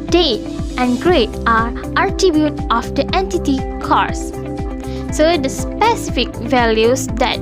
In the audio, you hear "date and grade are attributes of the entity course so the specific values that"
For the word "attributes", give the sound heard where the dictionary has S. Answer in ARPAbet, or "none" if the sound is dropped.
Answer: none